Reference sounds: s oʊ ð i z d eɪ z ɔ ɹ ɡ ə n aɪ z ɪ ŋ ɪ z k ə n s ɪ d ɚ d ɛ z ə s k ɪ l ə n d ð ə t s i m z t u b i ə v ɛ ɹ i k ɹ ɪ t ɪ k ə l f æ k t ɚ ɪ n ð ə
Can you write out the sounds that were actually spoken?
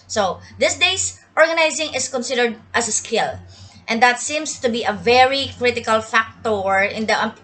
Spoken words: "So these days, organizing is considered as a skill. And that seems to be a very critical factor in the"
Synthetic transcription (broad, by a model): s oʊ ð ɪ s d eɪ s ɔ ɹ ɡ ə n aɪ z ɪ ŋ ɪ s k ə n s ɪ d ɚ d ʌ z ə s k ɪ l ə n d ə t s i m s t u b i ə v ɛ ɹ i k ɹ ɪ t ɪ k ə l f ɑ k t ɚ ɪ n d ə